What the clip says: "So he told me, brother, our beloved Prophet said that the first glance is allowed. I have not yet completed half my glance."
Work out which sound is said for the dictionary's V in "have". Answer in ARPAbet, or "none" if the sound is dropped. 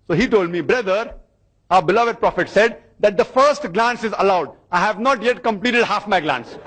V